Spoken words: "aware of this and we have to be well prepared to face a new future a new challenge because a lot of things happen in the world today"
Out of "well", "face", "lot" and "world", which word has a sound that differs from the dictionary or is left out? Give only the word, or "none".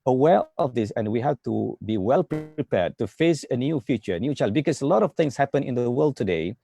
none